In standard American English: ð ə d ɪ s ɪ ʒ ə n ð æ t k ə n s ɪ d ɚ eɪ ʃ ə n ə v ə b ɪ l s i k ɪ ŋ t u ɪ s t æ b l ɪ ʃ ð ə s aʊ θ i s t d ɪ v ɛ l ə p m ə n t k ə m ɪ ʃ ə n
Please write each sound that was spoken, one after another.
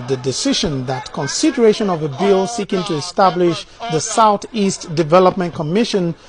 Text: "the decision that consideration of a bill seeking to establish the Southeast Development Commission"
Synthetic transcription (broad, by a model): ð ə d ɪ s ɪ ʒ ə n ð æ t k ə n s ɪ d ɚ eɪ ʃ ə n ə v ə b ɪ l s i k ɪ ŋ t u ɪ s t æ b l ɪ ʃ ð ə s aʊ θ i s t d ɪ v ɛ l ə p m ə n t k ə m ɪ ʃ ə n